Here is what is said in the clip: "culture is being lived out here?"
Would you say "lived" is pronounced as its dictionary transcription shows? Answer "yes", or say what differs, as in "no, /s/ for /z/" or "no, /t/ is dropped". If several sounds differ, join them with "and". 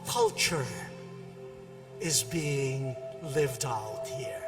yes